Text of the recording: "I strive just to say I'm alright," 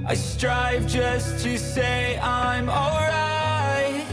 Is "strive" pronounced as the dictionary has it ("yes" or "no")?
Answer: yes